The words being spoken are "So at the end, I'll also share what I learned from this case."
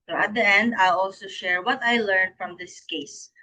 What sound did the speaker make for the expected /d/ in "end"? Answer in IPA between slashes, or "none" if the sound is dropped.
/d/